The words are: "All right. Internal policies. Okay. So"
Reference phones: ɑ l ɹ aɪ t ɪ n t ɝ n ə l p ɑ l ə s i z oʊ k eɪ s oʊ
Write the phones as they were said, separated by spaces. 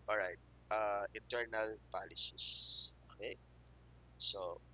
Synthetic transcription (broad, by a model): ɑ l ɹ aɪ t ɪ n t ɝ n ə l p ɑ l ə s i s oʊ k eɪ s oʊ